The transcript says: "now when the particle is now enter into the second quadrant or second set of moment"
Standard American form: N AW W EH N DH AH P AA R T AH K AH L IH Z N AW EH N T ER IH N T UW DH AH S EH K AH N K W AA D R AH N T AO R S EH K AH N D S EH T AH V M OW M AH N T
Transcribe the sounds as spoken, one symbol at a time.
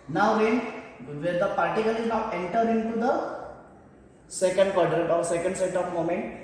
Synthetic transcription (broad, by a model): N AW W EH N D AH P AA R T AH K AH L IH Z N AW EH N T ER IH N T UW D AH S EH K AH N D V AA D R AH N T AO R S EH K AH N D S EH T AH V M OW M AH N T